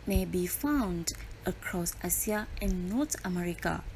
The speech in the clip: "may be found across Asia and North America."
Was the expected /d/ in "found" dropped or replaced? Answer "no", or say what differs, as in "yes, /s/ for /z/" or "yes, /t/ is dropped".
no